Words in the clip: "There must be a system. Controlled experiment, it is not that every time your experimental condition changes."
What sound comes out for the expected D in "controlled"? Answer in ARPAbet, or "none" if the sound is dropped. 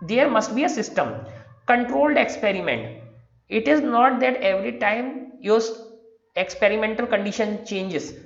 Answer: D